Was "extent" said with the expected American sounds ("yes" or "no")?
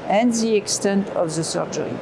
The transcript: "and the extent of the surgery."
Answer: yes